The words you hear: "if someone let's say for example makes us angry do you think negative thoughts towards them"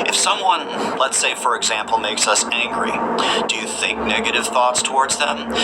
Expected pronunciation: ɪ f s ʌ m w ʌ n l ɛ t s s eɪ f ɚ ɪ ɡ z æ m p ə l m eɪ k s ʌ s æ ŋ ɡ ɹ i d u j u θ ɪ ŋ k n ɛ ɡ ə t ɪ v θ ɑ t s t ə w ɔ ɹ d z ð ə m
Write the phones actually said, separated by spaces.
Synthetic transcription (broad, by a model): ɪ f s ʌ m w ʌ n l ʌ t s s eɪ f ɚ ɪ ɡ z æ m p l m eɪ k s ʌ s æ ŋ ɡ ɹ i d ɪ j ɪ θ ɪ ŋ k n ɛ ɡ ə t ɪ v θ ɑ t s t ə w ɔ ɹ d z ð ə m